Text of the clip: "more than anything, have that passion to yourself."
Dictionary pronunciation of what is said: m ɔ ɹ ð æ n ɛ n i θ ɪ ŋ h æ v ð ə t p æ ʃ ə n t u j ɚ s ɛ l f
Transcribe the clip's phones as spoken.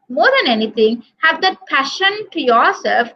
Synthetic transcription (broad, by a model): m ɔ ɹ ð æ n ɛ n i t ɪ ŋ h æ v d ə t p æ ʃ ə n t u j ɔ s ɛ l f